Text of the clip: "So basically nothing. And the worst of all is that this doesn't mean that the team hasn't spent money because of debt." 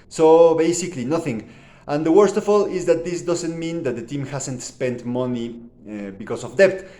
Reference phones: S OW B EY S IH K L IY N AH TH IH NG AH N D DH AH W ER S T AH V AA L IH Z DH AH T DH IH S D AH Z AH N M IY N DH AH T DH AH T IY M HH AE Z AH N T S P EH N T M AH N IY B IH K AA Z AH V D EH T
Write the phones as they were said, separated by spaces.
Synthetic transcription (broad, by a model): S OW B EY S IH K L IY N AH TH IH NG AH N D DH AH W ER S T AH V AA L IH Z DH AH T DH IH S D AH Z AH N M IY N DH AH T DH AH T IY M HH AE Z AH N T S P EH N T M AH N IY B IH K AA S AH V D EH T